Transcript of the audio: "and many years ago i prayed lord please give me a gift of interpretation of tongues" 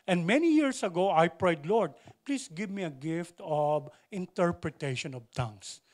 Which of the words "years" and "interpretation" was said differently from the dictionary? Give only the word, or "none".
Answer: years